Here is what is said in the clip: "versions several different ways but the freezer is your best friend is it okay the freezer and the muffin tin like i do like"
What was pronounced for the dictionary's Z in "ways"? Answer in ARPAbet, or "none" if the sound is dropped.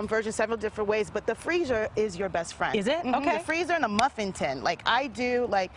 Z